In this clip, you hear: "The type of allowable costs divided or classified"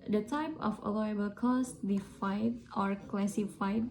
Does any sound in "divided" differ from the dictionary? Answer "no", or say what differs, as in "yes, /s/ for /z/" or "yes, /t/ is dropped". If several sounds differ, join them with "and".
yes, /f/ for /v/